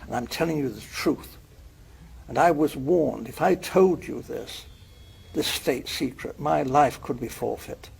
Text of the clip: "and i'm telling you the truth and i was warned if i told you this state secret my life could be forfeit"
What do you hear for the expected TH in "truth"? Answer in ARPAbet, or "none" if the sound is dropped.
TH